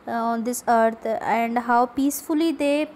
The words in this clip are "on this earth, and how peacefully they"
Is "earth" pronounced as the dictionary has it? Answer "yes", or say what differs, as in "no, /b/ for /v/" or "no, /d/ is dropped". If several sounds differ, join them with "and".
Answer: no, /t/ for /θ/